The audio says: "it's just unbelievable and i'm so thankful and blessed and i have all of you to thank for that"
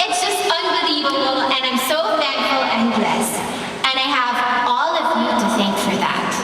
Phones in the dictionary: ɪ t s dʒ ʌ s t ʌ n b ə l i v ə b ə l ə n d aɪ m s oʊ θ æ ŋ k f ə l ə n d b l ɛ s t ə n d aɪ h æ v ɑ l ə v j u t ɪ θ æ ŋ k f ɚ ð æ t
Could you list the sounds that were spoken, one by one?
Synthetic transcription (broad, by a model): ɪ t s dʒ ʌ s t ʌ n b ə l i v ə b l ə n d aɪ m s oʊ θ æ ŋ f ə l ə n d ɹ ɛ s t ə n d aɪ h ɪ v ɑ l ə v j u t ɪ θ æ ŋ k f ɚ ð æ t